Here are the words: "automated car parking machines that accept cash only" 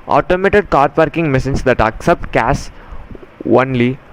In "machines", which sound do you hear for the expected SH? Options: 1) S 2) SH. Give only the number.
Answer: 1